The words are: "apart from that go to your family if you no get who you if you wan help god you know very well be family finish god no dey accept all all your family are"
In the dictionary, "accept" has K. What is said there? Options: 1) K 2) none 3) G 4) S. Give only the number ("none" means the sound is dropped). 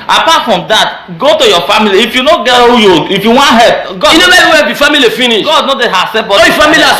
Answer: 2